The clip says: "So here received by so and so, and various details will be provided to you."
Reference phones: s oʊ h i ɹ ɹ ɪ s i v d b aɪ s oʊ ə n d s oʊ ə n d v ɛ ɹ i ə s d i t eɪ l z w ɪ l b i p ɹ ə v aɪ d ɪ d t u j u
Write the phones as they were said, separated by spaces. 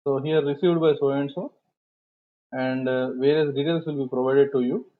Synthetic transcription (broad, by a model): s oʊ h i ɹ ɹ ɪ s i v d b aɪ s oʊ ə n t s oʊ ə n d v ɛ ɹ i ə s d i t eɪ l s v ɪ l b i p ɹ ə v aɪ d ɪ d t u j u